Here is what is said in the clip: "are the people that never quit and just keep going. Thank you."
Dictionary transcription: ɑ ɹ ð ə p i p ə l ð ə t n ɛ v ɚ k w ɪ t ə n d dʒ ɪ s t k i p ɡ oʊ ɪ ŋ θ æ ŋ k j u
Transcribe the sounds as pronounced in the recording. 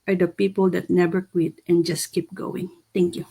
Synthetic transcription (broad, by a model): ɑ ɹ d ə p i p ə l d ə t n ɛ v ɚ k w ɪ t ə n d dʒ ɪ s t k i p ɡ oʊ ɪ ŋ t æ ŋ k j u